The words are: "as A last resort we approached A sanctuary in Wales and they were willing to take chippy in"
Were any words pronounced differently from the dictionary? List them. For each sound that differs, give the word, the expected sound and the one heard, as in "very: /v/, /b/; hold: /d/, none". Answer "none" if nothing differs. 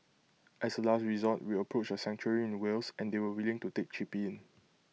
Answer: as: /z/, /s/; resort: /ɹ/, /l/; approached: /t/, none; wales: /z/, /s/